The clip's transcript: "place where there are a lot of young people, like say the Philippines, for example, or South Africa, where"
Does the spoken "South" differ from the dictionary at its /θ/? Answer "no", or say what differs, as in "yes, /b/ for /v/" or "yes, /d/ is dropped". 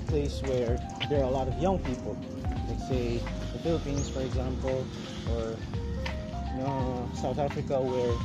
no